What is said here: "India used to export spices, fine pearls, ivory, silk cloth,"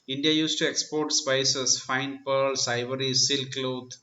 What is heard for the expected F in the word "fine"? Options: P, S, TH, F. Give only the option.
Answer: F